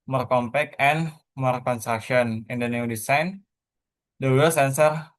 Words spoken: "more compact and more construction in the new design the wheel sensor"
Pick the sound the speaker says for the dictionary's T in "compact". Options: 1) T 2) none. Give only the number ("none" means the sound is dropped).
2